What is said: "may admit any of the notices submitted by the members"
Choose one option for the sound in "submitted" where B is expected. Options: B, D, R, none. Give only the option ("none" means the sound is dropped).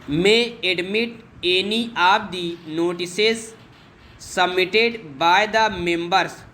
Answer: none